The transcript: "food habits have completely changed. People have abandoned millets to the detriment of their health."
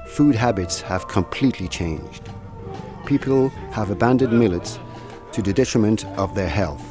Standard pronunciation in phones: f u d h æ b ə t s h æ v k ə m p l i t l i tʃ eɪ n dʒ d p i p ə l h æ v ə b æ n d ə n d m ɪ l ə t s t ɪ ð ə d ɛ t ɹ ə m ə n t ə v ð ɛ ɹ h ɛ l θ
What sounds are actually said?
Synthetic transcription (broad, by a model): f u d h æ b ə t s h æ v k ə m p l i t l i tʃ eɪ n dʒ d p i p l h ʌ v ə b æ n d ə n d m ɪ l ə t s t ɪ ð ə d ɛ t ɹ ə m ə n t ə v ð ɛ ɹ h ɛ l θ